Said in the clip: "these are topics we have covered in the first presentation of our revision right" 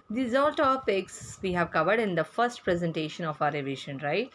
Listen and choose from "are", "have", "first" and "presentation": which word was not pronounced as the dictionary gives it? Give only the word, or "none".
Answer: are